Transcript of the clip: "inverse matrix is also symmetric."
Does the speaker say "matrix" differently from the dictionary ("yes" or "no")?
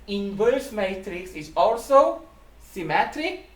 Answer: no